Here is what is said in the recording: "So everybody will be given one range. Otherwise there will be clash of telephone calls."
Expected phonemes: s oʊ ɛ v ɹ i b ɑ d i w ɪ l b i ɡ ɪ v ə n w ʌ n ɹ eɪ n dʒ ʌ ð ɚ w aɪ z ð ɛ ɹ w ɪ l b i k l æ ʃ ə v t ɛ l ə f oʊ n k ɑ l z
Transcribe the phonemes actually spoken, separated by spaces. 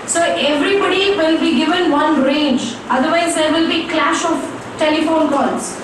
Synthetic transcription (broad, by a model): s oʊ ɛ v ɹ i b ɑ d i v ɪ l b i ɡ ɪ v ə n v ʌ n ɹ eɪ n dʒ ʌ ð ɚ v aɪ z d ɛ ɹ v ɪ l b i k l æ ʃ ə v t ɛ l ə f oʊ n k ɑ l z